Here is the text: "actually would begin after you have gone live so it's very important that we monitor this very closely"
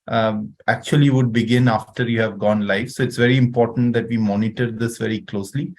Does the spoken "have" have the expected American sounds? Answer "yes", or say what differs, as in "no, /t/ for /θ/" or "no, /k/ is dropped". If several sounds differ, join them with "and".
yes